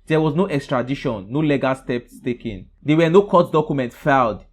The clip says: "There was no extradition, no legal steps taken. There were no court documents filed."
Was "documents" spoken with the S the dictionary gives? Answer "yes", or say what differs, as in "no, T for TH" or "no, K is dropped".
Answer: no, S is dropped